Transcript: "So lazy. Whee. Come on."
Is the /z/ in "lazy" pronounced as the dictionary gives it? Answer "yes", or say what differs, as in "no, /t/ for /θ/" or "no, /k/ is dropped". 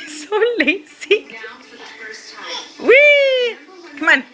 no, /s/ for /z/